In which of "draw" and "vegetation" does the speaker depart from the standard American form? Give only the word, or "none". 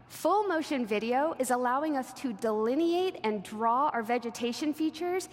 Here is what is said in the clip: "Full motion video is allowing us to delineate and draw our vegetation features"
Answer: none